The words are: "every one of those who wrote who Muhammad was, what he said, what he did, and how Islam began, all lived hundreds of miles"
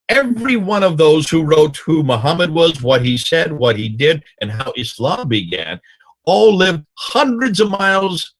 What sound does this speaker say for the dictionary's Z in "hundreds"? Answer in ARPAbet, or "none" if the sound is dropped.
Z